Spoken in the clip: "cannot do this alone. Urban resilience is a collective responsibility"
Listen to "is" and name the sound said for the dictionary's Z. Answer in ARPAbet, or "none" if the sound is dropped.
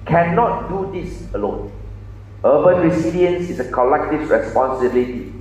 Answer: S